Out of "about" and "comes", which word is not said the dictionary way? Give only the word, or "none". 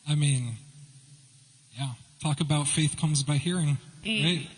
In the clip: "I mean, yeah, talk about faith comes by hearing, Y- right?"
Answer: none